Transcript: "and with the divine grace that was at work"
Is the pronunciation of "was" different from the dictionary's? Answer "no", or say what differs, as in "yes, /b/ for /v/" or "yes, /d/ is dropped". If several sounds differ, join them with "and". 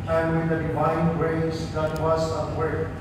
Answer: yes, /s/ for /z/